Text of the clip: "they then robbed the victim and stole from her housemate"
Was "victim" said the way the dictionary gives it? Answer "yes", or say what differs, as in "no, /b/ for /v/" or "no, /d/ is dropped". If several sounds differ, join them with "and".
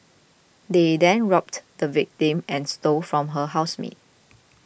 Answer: yes